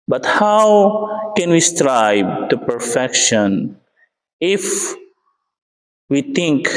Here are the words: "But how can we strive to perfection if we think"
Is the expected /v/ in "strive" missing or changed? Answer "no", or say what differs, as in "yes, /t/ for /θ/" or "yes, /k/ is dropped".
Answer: yes, /b/ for /v/